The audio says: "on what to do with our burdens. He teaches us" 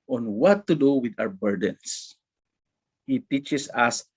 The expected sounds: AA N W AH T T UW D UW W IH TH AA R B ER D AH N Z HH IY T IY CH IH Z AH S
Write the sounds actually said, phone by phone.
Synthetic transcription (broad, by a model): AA N W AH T T UW D UW W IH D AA W B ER D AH N S HH IY T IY CH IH S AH S